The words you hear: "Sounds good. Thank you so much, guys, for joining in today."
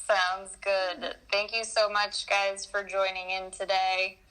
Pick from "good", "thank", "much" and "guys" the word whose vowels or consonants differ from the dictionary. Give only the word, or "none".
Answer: none